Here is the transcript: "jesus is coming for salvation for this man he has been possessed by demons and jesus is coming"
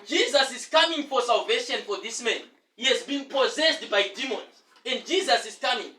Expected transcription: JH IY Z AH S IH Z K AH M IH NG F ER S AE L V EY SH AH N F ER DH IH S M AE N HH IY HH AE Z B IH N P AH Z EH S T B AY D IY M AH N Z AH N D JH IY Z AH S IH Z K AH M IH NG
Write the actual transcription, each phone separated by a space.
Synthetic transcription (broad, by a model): JH IY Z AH S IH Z K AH M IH NG F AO S AE L V EY SH AH N F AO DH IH S M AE N HH IY HH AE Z B IH N P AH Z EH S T B AY D IY M AH N Z AH N D JH IY Z AH S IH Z K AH M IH NG